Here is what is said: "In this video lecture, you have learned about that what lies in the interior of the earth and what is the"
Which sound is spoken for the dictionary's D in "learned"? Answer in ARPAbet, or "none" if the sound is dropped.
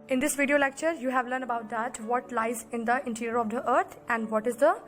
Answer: none